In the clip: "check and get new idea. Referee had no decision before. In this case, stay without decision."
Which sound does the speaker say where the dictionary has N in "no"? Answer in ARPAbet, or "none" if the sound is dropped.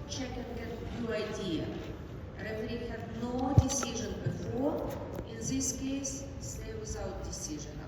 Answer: N